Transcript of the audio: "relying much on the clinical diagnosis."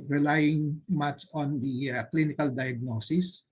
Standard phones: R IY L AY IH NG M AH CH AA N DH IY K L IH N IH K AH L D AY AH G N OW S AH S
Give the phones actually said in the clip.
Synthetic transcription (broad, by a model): R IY L AY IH NG M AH S AA N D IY K L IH N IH K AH L D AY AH G N OW S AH S